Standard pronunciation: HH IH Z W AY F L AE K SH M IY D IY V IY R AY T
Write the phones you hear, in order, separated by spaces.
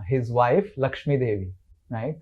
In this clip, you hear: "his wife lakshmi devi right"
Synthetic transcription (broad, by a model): HH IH Z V AY F L AE K SH M IY D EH V IY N AY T